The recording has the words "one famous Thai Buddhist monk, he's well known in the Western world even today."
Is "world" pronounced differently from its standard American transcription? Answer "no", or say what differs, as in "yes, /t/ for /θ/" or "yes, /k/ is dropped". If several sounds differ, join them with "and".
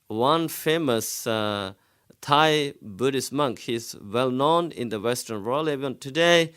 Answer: yes, /d/ is dropped